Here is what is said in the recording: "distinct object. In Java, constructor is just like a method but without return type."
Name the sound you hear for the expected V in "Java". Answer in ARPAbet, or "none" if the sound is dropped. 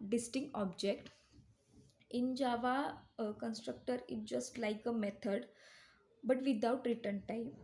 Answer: V